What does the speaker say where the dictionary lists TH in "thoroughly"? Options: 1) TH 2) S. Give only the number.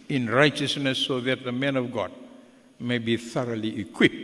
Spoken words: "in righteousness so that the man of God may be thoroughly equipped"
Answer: 1